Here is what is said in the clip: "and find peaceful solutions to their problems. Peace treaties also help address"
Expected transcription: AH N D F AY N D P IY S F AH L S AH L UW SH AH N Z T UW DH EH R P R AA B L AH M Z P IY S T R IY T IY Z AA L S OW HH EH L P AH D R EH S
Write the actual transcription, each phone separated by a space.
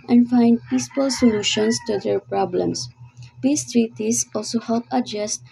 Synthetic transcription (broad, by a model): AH N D F AY N D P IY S P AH L S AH L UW SH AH N S T UW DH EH R P R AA B L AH M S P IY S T R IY T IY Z AA L S OW HH EH L P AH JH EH S